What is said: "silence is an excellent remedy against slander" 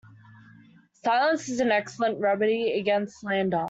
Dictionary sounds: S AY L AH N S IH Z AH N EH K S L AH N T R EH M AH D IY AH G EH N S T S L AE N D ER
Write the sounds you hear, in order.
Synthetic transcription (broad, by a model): S AY L AH N S IH Z AH N EH K S L AH N T R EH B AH D IY AH G EH N S T L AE N D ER